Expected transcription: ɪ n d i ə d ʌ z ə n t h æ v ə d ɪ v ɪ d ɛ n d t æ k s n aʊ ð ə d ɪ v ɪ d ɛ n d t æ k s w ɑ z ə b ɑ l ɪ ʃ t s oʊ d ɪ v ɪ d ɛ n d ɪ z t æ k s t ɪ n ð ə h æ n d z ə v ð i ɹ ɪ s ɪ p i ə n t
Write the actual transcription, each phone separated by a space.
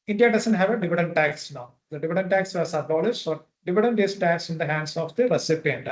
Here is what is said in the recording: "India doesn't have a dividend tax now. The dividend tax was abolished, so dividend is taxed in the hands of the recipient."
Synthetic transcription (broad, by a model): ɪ n d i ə d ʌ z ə n t h æ v ə d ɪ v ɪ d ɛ n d t æ k s n aʊ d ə d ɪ v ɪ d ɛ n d t æ k s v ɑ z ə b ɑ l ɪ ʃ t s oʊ d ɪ v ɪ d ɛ n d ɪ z t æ k s ɪ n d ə h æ n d s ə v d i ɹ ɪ s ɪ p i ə n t